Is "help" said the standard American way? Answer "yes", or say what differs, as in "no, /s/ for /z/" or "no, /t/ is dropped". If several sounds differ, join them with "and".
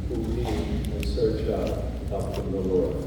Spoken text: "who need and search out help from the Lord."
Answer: no, /l/ is dropped